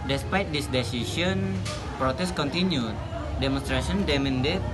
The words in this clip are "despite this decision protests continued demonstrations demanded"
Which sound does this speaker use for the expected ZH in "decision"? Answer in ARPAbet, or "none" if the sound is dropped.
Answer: SH